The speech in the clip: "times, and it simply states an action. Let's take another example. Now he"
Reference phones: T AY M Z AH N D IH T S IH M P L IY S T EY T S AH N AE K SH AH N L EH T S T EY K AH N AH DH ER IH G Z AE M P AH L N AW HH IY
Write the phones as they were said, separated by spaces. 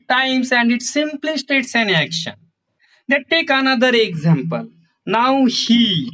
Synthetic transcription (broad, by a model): T AY M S AH N D IH T S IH M P L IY S T EY T S AH N AE K SH AH N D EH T T EY K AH N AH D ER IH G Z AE M P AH L N AW HH IY